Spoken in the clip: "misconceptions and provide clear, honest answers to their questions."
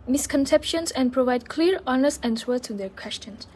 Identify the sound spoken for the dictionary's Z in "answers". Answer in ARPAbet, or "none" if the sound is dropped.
none